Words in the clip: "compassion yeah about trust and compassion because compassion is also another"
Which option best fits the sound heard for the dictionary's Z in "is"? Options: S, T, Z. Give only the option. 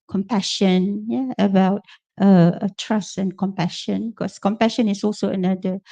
S